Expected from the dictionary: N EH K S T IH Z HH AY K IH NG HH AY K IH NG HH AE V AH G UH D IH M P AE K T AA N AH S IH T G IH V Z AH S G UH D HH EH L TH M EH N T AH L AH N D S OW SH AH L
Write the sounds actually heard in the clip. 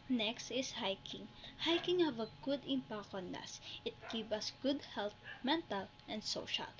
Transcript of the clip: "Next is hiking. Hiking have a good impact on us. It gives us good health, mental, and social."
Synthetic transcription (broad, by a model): N EH K S T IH S HH AY K IH NG HH AY K IH NG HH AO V AH G UH D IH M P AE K AA N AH S IH T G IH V AH S G UH D HH EH L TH M EH N T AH L AH N D S OW SH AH L